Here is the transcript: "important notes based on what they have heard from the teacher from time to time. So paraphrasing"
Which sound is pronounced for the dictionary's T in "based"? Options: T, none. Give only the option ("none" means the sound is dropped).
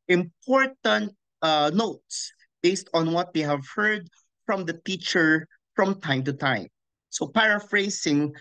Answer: T